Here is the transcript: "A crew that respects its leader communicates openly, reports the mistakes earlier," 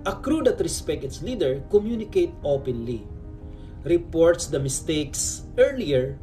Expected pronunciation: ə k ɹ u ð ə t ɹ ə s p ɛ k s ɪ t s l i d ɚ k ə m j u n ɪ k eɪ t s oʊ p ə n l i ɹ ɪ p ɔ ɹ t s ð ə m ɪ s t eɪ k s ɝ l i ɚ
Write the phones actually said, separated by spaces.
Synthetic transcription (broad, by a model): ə k ɹ u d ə t ɹ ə s p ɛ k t ɪ t s l i d ɚ k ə m j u n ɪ k eɪ t oʊ p ə n l i ɹ ɪ p ɔ ɹ t s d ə m ɪ s t eɪ k s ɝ l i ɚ